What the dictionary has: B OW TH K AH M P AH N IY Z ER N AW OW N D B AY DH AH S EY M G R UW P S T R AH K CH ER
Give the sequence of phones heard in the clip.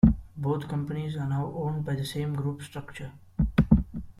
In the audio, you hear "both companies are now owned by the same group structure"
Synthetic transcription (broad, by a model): B OW T K AH M P AH N IY Z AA N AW OW N D B AY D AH S EY M G R UW P S T R AH K CH ER